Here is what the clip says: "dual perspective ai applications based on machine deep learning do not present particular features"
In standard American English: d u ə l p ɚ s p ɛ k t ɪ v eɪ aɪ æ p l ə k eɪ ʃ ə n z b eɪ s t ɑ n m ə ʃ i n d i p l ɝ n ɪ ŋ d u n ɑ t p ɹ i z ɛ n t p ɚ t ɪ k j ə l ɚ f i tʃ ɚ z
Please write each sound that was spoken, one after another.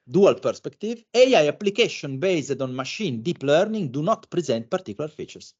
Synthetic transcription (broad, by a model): d u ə l p ɚ s p ɛ k t ɪ v eɪ aɪ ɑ p l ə k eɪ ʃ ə n b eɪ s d ɑ n m ə ʃ i n d i p l ɝ n ɪ ŋ d u n ɑ t p ɹ i z ɛ n t p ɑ t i k j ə l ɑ f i tʃ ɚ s